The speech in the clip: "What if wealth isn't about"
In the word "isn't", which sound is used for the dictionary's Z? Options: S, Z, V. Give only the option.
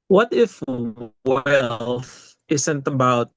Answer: S